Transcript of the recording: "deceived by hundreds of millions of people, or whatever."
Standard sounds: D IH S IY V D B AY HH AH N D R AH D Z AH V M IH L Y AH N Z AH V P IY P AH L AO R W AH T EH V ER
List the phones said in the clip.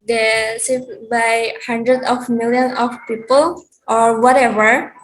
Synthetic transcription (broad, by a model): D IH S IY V B AY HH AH N D R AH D AH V M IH L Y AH N AH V P IY P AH L AO R W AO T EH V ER